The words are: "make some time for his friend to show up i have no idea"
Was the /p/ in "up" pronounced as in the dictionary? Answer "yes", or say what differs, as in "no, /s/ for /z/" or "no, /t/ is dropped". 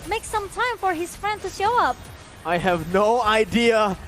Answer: yes